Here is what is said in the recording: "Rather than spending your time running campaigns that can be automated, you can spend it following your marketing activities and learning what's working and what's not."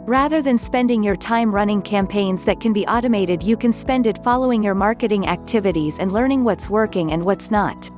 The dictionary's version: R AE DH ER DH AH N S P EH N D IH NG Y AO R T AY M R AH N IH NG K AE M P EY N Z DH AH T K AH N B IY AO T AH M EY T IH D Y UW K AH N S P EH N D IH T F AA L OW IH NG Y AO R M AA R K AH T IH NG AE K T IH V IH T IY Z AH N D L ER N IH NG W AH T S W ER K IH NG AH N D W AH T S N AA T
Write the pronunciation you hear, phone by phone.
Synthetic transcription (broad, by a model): R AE DH ER DH AH N S P EH N D IH NG Y AO R T AY M R AH N IH NG K AE M P EY N Z DH AH T K AH N B IY AO T AH M EY T IH D Y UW K AH N S P EH N D IH T F AA L OW IH NG Y AO R M AA R K AH T IH NG AE K T IH V IH T IY Z AH N D L ER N IH NG W AH T S W ER K IH NG AH N D W AH T S N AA T